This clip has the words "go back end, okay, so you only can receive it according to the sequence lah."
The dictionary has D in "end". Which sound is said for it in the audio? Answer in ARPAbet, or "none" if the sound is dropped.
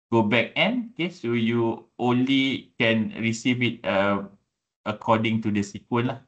none